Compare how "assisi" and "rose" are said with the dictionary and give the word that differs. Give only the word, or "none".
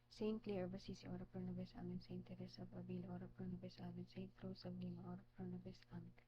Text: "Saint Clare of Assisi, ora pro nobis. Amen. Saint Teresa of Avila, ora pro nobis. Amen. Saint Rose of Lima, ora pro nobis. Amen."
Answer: rose